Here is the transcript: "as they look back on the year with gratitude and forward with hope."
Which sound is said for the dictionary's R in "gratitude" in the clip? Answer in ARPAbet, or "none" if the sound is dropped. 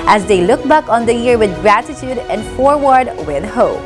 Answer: R